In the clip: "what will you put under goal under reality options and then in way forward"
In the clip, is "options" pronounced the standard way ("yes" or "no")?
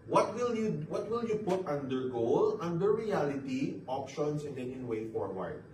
no